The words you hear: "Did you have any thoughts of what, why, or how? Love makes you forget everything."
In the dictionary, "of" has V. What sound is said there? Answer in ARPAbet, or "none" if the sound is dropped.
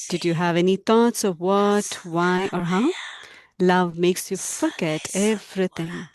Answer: V